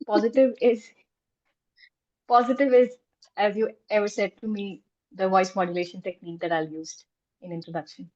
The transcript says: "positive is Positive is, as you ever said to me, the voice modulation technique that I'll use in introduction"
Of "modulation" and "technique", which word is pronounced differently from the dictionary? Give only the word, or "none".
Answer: none